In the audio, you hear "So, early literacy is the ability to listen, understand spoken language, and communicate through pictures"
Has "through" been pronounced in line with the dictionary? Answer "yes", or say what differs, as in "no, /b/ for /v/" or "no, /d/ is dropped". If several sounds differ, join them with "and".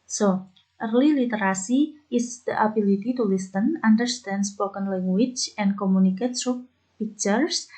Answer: no, /s/ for /θ/